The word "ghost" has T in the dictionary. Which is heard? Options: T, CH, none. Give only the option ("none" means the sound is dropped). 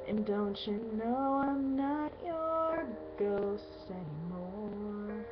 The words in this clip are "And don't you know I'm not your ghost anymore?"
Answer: none